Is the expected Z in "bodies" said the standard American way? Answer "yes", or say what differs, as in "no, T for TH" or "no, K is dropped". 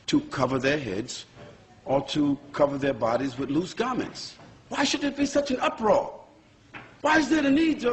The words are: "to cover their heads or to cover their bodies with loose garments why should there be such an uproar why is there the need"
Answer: yes